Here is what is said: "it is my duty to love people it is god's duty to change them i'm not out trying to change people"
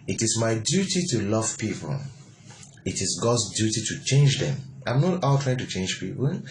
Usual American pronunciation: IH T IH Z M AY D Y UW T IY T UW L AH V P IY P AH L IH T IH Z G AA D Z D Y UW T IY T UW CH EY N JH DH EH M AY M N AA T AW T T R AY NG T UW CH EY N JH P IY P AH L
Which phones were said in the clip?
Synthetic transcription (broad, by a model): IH T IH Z M AY D Y UW T IY T UW L AH V P IY P AH L IH T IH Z G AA D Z D Y UW T IY T UW CH EY N JH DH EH M AY M N AA T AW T T R AY NG T UW CH EY N JH P IY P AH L